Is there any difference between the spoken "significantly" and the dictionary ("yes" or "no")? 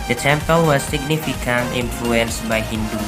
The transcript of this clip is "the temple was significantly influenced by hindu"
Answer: yes